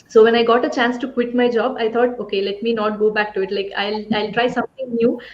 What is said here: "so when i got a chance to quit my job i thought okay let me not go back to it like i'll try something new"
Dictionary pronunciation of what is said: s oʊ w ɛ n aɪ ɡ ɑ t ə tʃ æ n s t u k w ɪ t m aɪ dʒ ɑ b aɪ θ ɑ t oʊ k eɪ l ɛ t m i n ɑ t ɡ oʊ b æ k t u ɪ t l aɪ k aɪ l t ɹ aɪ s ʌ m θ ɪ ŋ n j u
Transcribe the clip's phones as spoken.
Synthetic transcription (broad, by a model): s oʊ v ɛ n aɪ ɡ ɑ t ə tʃ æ n s t u k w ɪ t m aɪ dʒ ɑ b aɪ t ɑ t oʊ k eɪ l ɛ t m i n ɑ t ɡ oʊ b æ k t u ɪ t l aɪ k aɪ l t ɹ aɪ s ʌ m t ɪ ŋ n j u